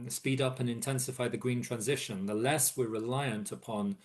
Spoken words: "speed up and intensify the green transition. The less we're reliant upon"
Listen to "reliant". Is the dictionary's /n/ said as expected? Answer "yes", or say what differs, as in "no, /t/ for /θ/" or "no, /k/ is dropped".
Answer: yes